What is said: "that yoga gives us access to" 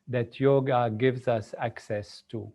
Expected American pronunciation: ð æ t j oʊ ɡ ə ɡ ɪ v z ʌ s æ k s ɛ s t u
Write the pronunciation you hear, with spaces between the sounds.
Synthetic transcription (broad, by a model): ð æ t j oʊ ɡ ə ɡ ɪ v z ʌ s æ k s ɛ s t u